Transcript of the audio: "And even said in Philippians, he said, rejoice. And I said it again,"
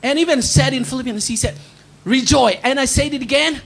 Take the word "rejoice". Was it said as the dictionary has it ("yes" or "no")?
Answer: no